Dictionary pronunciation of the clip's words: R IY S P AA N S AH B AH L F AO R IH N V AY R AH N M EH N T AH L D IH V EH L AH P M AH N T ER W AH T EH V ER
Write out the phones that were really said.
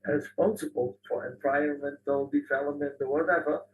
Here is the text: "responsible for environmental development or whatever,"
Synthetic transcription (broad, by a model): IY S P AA N S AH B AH L F AO R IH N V AY AH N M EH N T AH L D IH V EH L AH P M AH N T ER W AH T EH V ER